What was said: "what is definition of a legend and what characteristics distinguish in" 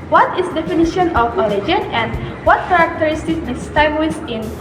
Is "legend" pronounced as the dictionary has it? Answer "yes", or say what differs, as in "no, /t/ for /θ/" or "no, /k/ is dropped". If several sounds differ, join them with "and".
no, /d/ is dropped